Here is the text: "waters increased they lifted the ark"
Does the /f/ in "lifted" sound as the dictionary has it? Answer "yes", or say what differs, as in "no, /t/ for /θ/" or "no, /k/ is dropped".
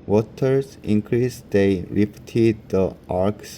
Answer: no, /p/ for /f/